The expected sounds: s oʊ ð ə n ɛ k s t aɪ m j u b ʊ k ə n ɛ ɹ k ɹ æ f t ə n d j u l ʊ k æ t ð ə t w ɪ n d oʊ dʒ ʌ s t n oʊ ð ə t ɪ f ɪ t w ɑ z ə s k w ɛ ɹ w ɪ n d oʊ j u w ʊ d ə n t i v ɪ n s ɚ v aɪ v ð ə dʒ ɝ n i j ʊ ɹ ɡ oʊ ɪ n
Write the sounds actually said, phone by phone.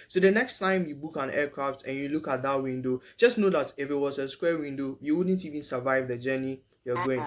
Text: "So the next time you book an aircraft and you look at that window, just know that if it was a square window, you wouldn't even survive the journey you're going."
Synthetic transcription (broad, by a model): s oʊ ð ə n ɛ k s t aɪ m j u b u k ə n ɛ k ɹ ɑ f t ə n j u l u k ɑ t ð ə t w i n d oʊ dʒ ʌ s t n oʊ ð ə t ɪ f ɪ t w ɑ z ə s k w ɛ w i n d oʊ j u w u d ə n t i v ɪ n s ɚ v aɪ v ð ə dʒ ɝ n i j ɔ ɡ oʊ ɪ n